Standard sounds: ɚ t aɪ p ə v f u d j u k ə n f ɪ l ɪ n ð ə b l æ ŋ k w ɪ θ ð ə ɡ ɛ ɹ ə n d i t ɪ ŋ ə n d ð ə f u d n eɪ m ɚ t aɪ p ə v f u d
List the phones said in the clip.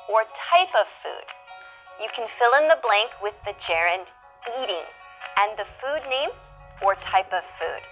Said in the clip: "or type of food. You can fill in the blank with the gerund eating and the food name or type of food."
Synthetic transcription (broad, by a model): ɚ t aɪ p ə v f u d j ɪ k ə n f ɪ l ɪ n ð ə b l æ ŋ k w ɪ ð ə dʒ ɛ ɹ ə n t i t ɪ ŋ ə n ð ə f u d n eɪ m ɚ t aɪ p ə v f u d